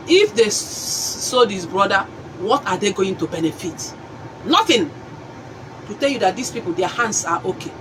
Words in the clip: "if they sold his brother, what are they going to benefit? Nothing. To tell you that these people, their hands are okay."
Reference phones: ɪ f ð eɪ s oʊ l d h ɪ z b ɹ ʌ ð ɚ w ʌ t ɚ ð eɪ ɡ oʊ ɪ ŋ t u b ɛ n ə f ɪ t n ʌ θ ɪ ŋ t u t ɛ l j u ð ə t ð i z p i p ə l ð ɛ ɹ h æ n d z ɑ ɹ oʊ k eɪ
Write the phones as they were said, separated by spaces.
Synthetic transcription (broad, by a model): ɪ f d eɪ s oʊ d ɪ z b ɹ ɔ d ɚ w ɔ t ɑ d eɪ ɡ oʊ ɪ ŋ t u b ɛ n ə f ɪ t n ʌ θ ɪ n t u t ɛ l j u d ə t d i s p i p ə l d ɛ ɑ h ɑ n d s ɑ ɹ oʊ k eɪ